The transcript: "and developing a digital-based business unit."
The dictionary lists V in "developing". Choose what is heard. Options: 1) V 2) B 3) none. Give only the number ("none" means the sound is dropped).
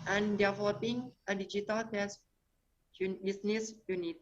3